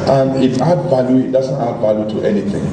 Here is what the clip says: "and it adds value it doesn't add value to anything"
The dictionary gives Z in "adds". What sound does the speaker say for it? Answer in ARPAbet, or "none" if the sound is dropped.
none